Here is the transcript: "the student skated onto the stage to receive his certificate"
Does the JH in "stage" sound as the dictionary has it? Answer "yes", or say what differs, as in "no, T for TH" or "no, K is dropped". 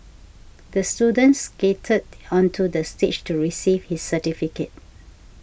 no, CH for JH